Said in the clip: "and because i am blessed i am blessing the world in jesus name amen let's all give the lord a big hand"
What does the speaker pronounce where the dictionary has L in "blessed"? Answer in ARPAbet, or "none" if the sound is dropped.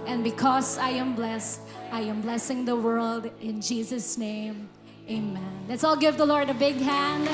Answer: L